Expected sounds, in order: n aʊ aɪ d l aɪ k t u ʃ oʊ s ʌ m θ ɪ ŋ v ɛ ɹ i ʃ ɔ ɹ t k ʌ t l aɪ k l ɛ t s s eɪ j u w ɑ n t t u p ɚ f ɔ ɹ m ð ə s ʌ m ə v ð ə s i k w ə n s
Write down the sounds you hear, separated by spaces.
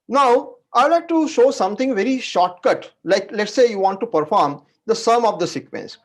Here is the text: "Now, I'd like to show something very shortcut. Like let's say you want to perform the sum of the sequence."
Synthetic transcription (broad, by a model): n aʊ aɪ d l aɪ k t u ʃ oʊ s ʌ m t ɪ ŋ v ɛ ɹ i ʃ ɔ ɹ t k ʌ t l aɪ k l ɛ t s s eɪ j u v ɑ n t t u p ɚ f ɔ ɹ m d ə s ʌ m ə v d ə s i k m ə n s